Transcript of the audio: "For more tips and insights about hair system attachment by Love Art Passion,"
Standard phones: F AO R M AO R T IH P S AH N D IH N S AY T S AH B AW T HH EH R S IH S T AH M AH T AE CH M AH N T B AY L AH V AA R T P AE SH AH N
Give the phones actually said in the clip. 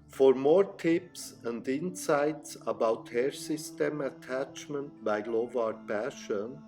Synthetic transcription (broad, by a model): F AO R M AO R T IH P S AH N D IH N S AY T S AH B AW T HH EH R S IH S T AH M AH T AE CH M AH N T B AY L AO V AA R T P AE SH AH N